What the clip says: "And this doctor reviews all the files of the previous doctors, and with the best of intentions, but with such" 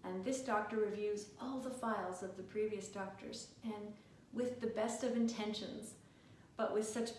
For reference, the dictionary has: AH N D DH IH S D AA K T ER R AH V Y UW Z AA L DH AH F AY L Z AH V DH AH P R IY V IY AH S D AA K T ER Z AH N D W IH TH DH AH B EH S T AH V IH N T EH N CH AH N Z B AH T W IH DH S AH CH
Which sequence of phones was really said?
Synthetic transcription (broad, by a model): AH N DH IH S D AA K T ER R AH V Y UW Z AA L DH AH F AY L Z AH V DH AH P R IY V IY AH S D AA K T ER Z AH N W IH DH AH B EH S T AH V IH N T EH N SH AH N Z B AH T W IH DH S AH CH